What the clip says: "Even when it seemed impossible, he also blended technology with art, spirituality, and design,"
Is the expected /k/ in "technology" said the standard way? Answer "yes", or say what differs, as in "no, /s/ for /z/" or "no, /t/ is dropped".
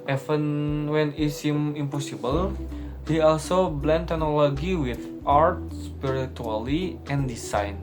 no, /k/ is dropped